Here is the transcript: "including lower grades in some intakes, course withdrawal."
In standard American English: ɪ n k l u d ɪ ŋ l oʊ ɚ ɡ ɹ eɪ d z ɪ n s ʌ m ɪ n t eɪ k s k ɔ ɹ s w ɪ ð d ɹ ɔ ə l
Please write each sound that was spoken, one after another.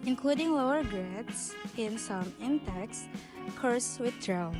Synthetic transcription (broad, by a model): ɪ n k l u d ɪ ŋ l oʊ ɚ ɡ eɪ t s ɪ n s ʌ m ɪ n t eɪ k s k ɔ ɹ s w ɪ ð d ɹ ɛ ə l